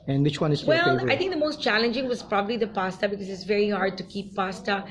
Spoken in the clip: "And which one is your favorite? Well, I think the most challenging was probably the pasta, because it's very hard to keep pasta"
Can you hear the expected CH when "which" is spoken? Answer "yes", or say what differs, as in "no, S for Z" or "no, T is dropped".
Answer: yes